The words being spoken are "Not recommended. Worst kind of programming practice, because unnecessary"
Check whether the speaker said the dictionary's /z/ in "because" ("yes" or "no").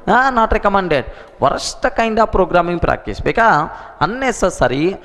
no